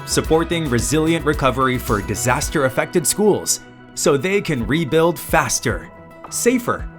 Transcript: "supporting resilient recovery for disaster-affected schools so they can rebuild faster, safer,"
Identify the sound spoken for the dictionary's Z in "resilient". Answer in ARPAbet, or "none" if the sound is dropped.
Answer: Z